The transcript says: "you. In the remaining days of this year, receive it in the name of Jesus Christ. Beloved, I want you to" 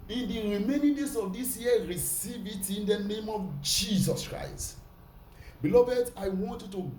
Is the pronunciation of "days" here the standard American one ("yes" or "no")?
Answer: no